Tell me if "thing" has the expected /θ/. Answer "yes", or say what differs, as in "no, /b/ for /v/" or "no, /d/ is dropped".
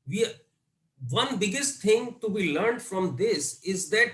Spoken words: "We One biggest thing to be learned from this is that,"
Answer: no, /t/ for /θ/